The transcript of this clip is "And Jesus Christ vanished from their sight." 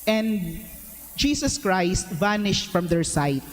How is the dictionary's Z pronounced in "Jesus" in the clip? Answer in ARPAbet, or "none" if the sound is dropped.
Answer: S